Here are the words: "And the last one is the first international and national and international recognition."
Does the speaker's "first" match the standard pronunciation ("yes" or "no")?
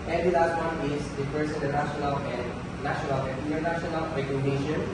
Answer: no